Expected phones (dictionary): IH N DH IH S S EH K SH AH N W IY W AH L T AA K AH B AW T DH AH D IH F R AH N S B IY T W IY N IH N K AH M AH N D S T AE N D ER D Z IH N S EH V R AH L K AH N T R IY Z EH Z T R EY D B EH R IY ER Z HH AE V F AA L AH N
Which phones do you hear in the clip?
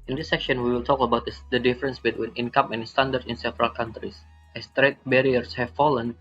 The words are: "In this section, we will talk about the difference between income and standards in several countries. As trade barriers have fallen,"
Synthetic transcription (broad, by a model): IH N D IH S S EH K SH AH N W IY W AH L T AA K AH B AW T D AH D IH F R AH N S B IY T W IY N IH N K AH M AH N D S T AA N D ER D S IH N S EH V R AH L K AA N T R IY S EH S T R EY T B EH R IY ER S HH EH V F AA L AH N